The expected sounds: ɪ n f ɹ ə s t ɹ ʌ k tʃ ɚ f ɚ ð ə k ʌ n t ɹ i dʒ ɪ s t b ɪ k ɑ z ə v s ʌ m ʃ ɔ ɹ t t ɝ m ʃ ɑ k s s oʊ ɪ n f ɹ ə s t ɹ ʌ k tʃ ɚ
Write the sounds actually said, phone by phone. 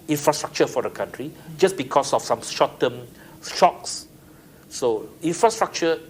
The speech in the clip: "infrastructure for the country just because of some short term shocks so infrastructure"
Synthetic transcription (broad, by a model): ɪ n f ɹ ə s t ɹ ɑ k tʃ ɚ f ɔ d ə k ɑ n t ɹ i dʒ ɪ s b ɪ k ɑ s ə f s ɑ m ʃ ɔ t t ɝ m ʃ ɑ k s s oʊ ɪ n f ɹ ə s t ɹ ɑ k tʃ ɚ